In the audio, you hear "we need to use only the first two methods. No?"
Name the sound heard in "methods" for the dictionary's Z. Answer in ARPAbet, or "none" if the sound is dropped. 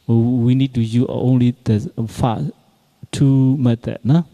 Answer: none